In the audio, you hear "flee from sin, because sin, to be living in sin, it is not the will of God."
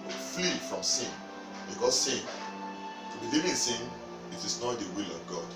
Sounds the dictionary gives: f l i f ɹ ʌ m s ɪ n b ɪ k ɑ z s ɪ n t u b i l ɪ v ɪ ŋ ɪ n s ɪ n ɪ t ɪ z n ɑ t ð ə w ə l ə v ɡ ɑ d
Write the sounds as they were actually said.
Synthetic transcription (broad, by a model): f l i f ɹ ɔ m s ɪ n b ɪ k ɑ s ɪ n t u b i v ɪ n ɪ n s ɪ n ɪ t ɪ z n ɑ t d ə w ə l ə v ɡ ɑ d